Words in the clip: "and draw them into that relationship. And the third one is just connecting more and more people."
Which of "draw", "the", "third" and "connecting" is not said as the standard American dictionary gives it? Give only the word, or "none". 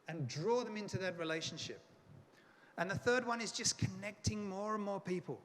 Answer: none